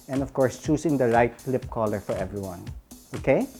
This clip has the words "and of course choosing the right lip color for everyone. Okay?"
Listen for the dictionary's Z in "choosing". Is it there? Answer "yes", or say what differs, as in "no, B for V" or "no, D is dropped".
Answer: no, S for Z